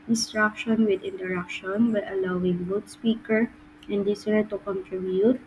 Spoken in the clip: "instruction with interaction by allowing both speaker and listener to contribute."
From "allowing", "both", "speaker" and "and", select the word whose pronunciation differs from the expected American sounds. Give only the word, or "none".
both